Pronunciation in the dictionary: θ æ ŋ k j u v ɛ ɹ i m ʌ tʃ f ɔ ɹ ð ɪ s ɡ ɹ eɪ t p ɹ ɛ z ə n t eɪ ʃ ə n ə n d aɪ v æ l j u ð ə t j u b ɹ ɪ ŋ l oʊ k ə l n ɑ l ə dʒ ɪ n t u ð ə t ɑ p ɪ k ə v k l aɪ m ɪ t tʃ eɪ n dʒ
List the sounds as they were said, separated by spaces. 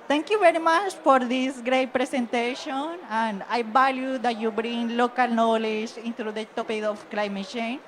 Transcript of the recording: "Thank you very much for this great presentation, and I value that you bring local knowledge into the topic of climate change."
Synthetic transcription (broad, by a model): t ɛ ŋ k j u v ɛ ɹ i m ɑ tʃ f ɔ ɹ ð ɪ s ɡ ɹ eɪ t p ɹ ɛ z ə n t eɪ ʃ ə n ə n d aɪ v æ l j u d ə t j u b ɹ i ŋ l oʊ k ə l n ɑ l ə dʒ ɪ n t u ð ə t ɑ p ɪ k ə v k l aɪ m ɪ t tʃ eɪ n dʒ